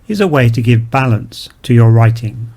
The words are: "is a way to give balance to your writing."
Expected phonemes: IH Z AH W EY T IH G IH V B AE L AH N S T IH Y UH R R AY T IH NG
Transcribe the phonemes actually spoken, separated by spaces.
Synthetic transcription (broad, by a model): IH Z AH W EY T IH G IH V B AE L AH N S T IH Y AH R R AY T IH NG